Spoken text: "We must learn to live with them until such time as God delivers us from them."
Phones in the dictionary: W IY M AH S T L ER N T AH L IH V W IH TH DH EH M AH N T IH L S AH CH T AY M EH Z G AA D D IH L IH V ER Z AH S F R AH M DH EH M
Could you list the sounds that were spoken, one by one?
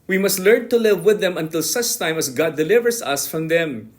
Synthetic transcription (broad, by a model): W IY M AH S T L ER N T AH L IH V W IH DH EH M AH N T IH L S AH CH T AY M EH S G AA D D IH L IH V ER S AH S F R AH M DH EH M